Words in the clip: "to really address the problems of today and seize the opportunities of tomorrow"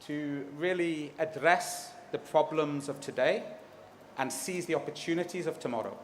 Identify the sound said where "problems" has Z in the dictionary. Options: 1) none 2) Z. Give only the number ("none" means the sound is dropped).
2